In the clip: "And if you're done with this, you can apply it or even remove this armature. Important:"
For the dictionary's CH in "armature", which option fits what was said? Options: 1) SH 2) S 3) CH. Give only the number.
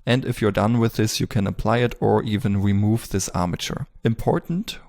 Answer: 3